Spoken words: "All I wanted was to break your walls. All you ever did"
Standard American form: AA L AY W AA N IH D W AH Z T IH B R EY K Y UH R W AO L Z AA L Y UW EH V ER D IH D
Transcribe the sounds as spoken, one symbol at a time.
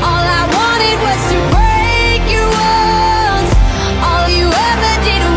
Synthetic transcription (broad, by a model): AA L AY W AA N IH D W AH Z T IH B R EY K Y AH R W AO Z AA L Y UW EH V ER D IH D